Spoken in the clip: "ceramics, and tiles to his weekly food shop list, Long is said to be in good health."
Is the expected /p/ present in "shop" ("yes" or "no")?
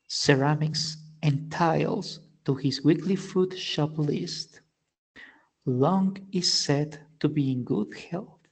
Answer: yes